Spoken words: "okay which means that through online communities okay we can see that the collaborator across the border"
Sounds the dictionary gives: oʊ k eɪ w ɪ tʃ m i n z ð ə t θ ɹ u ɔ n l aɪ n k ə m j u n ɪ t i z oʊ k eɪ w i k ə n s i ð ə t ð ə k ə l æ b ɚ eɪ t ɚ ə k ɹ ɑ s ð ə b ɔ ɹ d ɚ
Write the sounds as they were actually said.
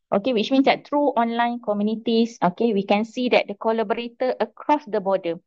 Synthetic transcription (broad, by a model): oʊ k eɪ w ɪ tʃ m i n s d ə t t ɹ u ɔ n l aɪ n k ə m j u n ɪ t i s oʊ k eɪ w i k ə n s i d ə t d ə k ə l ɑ b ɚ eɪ t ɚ ə k ɹ ɑ s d ə b ɔ d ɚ